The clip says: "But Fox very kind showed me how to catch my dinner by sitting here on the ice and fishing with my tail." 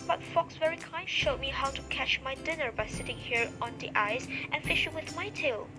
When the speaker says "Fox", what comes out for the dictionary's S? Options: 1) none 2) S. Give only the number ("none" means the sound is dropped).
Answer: 2